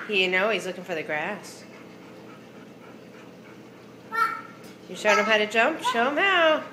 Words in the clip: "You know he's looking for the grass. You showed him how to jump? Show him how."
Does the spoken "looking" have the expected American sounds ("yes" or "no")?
yes